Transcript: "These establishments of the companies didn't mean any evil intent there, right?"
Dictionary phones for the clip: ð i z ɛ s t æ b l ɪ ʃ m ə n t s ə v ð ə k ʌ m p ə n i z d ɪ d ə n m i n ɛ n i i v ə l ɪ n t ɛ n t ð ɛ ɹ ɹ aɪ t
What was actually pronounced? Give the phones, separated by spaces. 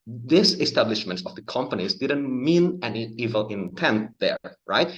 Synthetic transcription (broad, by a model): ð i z ɛ s t æ b l ɪ ʃ m ə n t s ə v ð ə k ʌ m p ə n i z d ɪ d ə n m i n ɛ n i i v ə l ɪ n t ɛ n t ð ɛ ɹ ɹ aɪ t